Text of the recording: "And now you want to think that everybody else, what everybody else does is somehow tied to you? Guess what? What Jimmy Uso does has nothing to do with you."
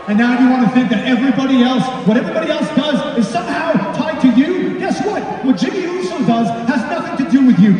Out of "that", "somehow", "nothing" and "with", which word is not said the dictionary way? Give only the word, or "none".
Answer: none